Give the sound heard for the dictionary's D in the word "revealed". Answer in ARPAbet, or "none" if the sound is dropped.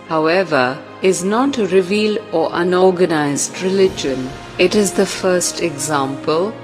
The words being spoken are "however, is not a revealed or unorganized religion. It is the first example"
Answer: none